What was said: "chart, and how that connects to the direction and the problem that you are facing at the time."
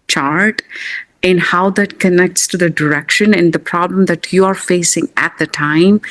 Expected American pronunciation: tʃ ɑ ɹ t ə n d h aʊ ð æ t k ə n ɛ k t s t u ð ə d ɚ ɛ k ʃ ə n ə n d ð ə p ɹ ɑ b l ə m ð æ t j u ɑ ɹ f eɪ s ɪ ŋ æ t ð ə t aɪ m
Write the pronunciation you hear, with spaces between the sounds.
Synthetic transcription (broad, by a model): tʃ ɑ ɹ t ə n d h aʊ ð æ t k ə n ɛ k t s t u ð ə d ɚ ɛ k ʃ ə n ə n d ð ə p ɹ ɑ b l ə m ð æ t j u ɑ ɹ f eɪ s ɪ ŋ æ t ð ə t aɪ m